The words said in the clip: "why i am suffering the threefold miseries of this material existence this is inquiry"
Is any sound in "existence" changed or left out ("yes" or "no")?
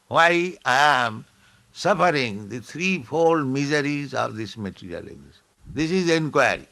yes